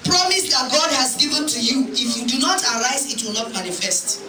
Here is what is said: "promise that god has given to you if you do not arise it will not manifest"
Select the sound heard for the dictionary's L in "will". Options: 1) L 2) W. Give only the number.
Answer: 1